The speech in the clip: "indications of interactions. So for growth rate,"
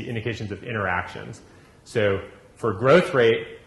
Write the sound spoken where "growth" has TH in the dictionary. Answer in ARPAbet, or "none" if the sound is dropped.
TH